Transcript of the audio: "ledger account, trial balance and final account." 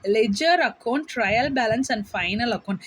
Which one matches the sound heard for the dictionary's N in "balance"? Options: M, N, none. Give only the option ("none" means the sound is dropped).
N